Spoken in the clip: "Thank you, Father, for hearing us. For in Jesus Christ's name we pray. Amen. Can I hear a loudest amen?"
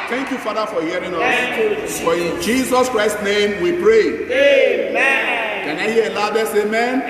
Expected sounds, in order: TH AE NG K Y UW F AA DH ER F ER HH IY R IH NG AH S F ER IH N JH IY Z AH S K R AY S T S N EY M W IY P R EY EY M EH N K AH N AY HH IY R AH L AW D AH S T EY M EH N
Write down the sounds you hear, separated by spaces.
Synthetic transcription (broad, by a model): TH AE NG K Y UW F AA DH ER F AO HH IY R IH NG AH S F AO IH N JH IY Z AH S K R AY S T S N EY M W IY P R EY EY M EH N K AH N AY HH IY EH AH L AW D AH S EY M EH N